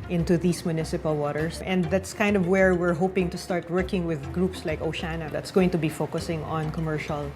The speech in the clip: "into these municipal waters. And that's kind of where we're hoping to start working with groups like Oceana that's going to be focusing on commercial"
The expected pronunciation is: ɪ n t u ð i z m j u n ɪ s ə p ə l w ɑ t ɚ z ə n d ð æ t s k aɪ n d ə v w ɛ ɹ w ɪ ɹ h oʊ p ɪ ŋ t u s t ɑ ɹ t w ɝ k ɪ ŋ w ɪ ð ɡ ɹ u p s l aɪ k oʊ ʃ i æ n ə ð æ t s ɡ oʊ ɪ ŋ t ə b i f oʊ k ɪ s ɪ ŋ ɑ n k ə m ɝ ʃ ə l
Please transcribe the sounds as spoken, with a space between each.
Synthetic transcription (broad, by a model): ɪ n t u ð i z m j u n ɪ s ə p ə l w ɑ t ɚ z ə n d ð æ t s k aɪ n d ə v w ɛ ɹ w ɪ ɹ h oʊ p ɪ ŋ t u s t ɑ ɹ t w ɝ k ɪ ŋ w ɪ ð ɡ ɹ u p s l aɪ k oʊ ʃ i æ n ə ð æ t s ɡ oʊ ɪ ŋ t ə b i f oʊ k ɪ s ɪ ŋ ɑ n k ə m ɝ ʃ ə l